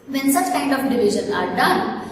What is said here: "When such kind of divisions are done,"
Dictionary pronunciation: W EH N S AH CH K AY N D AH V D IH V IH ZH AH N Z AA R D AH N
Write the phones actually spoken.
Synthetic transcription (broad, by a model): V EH N S AH CH K AY N D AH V D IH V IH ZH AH N AA R D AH N